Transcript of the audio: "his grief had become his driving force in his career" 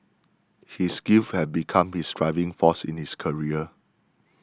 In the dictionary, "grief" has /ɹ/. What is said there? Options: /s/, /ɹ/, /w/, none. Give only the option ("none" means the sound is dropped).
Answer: none